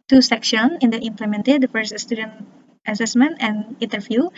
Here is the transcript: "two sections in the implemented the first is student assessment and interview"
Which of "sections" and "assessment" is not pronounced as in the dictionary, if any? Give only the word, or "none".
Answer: sections